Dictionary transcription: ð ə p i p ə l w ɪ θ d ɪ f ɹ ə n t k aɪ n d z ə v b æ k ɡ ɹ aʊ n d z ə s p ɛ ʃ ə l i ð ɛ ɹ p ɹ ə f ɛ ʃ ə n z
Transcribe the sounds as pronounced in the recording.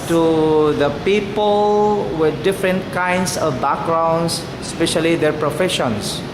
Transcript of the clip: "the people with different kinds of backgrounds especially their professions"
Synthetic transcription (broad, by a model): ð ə p i p ə l w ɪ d d ɪ f ɹ ə n t k aɪ n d s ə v b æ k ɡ ɹ aʊ n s s p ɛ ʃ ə l i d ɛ ɹ p ɹ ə f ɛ ʃ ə n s